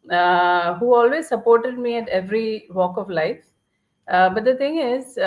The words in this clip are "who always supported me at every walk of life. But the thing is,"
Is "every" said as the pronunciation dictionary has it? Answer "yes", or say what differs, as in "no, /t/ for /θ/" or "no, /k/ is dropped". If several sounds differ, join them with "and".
yes